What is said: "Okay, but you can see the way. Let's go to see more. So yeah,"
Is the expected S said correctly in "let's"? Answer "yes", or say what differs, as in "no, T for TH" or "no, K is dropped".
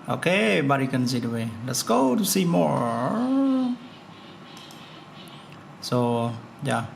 yes